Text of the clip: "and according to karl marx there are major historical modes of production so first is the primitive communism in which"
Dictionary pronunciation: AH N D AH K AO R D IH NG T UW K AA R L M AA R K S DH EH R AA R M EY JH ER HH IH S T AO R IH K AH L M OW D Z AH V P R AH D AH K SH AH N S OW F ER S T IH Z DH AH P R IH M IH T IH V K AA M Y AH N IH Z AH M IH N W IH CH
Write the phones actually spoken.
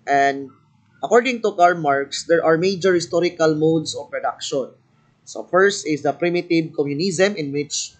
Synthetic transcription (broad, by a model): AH N D AH K AO R D IH NG T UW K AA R M AA R K S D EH R AA R M EY JH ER HH IH S T AO R IH K AH L M OW D S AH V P R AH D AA K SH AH N S OW F ER S T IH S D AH P R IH M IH T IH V K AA M Y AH N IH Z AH M IH N W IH CH